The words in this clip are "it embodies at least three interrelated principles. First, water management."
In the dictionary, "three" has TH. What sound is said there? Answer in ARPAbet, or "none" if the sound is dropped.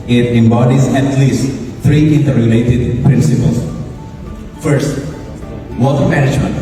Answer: T